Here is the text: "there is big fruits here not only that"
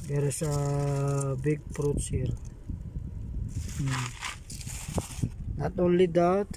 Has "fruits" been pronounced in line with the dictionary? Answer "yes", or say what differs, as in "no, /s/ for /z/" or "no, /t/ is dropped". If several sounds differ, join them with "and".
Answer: no, /p/ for /f/